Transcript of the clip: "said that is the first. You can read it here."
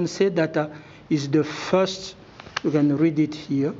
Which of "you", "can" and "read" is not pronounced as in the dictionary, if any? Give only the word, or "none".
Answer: none